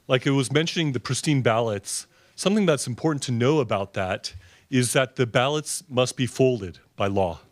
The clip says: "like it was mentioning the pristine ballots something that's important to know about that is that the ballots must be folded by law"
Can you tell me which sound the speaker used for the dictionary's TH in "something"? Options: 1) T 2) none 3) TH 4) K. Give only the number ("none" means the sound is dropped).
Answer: 3